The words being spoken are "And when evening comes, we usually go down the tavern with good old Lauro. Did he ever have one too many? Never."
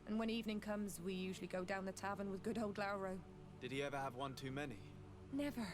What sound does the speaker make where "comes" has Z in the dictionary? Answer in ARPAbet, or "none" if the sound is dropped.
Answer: Z